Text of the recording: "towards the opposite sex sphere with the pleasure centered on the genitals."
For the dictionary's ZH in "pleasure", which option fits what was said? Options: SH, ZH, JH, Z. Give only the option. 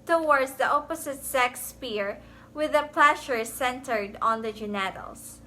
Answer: SH